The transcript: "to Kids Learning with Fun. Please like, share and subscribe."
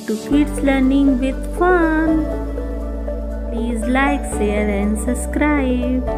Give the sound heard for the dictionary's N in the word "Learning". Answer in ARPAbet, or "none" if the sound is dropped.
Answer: N